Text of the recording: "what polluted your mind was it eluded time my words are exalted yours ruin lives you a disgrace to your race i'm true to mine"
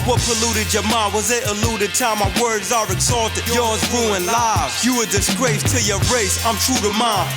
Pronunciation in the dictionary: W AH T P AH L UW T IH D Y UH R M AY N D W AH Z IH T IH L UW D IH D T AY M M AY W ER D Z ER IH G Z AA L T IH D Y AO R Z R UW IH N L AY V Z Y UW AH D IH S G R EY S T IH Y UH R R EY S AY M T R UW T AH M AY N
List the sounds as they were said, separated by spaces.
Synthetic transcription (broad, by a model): W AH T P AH L UW T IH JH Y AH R M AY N W AH Z IH T IH L UW D IH D T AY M M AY W ER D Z ER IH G Z AA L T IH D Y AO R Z R UW IH N L AY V Y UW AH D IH S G R EY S T IH Y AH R R EY S AY M T R UW T AH M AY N